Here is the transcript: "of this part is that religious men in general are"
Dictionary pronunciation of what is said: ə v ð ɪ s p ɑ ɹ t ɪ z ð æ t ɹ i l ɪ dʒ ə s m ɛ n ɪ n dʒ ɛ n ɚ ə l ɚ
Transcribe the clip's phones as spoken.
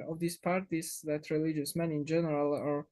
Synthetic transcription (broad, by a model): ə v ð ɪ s p ɑ ɹ t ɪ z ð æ t ɹ i l ɪ dʒ ə s m ɛ n ɪ n dʒ ɛ n ɚ ə l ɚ